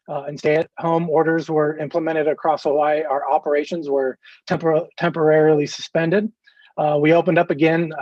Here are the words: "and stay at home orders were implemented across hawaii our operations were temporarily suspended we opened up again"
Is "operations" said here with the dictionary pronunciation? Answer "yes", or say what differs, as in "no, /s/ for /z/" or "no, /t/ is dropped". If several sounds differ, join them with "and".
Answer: yes